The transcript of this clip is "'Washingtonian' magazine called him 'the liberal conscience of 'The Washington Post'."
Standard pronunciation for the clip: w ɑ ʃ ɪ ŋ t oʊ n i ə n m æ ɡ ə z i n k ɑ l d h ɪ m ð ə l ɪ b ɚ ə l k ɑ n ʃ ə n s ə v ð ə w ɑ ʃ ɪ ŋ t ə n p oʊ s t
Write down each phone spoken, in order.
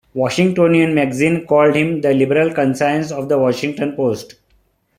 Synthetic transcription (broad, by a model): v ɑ ʃ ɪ ŋ t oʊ n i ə n m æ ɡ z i n k ɑ l d h ɪ m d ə l ɪ b ɚ ə l k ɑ n s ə n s ə v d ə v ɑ ʃ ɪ ŋ t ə n p oʊ s t